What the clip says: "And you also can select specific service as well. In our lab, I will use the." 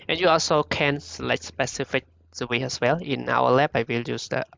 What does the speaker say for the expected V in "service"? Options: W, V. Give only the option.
W